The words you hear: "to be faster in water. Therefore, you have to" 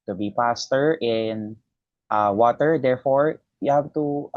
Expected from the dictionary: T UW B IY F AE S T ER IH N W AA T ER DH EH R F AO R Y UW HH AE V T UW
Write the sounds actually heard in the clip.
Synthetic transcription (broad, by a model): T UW B IY P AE S T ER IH N W AA T ER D EH R F AO R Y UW HH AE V T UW